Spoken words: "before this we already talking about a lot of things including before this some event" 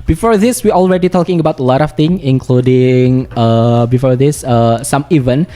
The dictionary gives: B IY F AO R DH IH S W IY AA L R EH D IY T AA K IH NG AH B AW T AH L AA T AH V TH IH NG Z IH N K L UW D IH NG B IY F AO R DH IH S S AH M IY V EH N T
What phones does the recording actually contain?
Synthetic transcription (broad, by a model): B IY F AO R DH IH S W IY AA L R EH D IY T AA K IH NG AH B AW T AH L AA T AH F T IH NG IH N K L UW D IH NG B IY F AO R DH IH S S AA M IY V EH N